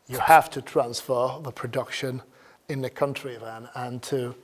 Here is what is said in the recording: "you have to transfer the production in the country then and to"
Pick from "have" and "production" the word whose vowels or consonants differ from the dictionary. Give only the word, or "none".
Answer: have